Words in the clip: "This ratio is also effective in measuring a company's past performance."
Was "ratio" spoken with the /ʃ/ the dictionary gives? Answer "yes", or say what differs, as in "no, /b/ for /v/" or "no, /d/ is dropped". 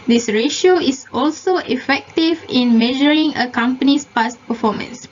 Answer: yes